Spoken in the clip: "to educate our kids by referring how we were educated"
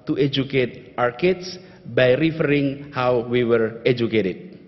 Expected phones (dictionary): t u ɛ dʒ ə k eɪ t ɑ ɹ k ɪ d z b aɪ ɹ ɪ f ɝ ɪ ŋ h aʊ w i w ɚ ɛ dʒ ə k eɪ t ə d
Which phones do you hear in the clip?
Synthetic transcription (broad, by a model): t u ɛ dʒ ə k eɪ t ɑ ɹ k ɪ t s b aɪ ɹ ɪ f ɝ ɪ ŋ h aʊ w i w ɚ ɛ dʒ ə k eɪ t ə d